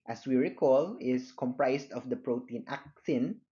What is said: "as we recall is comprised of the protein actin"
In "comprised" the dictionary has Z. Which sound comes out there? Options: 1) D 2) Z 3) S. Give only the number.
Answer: 3